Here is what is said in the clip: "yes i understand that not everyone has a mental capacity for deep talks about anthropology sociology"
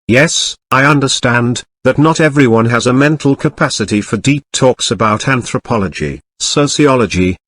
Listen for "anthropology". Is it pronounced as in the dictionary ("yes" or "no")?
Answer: yes